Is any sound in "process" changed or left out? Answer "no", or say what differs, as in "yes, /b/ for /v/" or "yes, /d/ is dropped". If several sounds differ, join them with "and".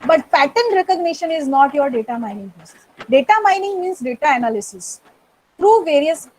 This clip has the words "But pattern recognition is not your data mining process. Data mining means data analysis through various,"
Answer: yes, /ɹ/ is dropped